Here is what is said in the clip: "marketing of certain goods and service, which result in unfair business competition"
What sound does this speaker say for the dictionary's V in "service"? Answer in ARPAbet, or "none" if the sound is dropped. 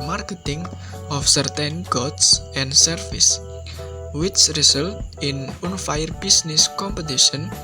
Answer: F